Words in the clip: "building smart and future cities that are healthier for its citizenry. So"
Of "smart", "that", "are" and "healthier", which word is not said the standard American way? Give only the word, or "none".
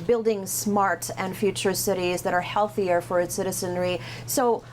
none